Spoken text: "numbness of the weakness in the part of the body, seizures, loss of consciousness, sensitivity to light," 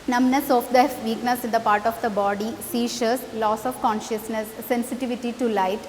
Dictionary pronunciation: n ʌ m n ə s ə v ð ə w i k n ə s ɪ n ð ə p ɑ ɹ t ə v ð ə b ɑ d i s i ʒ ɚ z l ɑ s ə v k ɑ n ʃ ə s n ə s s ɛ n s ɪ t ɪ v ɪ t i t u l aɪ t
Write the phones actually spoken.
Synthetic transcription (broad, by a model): n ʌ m n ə s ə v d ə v i k n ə s ɪ n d ə p ɑ ɹ t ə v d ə b ɑ d i s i ʃ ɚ s l ɑ s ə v k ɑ n ʃ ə s n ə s s ɛ n s ɪ t ɪ v ɪ t i t u l aɪ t